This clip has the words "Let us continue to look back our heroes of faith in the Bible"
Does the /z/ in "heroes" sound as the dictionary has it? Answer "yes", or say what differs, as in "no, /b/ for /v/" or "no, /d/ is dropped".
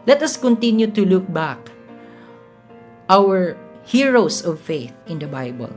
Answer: no, /s/ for /z/